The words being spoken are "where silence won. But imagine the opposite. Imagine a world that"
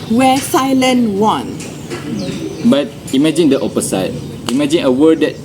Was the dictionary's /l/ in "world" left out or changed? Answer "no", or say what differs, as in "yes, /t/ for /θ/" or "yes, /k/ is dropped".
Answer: yes, /l/ is dropped